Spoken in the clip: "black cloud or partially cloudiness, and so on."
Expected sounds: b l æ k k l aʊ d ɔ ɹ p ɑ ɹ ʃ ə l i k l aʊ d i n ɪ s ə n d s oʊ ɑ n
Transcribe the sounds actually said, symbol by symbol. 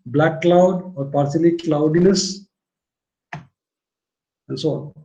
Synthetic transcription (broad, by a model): b l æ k k l aʊ d ɔ ɹ p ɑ ɹ s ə l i k l aʊ d i n ɪ s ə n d s oʊ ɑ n